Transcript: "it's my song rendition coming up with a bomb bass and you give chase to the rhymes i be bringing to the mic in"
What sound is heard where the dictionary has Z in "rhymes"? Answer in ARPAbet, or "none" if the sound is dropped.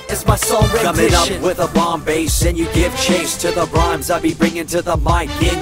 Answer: Z